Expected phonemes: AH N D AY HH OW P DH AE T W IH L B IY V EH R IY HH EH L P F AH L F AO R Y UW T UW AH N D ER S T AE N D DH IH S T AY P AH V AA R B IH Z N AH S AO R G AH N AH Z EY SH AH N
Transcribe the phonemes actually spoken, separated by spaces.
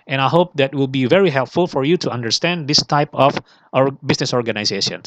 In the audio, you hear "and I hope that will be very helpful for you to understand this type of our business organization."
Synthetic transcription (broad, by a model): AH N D AY HH OW P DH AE T W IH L B IY V EH R IY HH EH L P F AH L F AO R Y UW T UW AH N D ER S T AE N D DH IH S T AY P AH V AA R B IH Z N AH S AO R G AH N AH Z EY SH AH N